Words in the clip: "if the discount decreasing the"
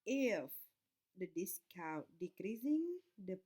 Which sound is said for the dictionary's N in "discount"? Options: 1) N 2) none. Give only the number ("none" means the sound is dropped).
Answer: 2